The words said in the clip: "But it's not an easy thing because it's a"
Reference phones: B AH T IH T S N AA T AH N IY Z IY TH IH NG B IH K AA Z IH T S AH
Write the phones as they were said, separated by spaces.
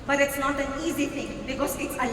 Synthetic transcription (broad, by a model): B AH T IH T S N AA T AH N IY Z IY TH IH NG B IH K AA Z IH T S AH